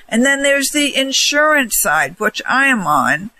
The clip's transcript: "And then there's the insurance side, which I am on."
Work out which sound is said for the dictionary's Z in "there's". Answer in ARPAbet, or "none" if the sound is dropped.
Z